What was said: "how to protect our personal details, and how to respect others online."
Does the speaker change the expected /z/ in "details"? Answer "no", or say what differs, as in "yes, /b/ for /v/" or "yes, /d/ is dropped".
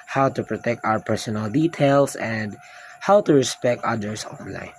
yes, /s/ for /z/